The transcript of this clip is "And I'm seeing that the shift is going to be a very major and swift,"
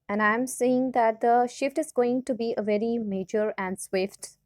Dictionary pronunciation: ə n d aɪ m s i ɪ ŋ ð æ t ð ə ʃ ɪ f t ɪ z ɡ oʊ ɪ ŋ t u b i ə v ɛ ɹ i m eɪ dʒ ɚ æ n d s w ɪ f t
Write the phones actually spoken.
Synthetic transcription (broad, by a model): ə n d aɪ m s i ɪ ŋ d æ t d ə ʃ ɪ f t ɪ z ɡ oʊ ɪ ŋ t u b i ə v ɛ ɹ i m eɪ dʒ ɚ æ n d s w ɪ f t